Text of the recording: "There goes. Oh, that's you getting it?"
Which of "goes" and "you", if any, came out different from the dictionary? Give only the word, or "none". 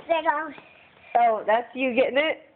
goes